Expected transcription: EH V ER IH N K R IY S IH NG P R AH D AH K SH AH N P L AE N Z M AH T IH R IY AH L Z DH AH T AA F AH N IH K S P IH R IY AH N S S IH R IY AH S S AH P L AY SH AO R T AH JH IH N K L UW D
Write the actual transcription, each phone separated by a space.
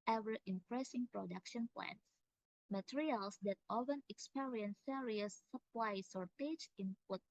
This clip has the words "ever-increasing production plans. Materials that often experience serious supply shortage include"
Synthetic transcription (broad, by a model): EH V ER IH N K R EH S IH NG P R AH D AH K SH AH N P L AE N S M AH T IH R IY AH L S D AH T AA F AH N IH K S P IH R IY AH N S S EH R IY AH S S AH P L AY S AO R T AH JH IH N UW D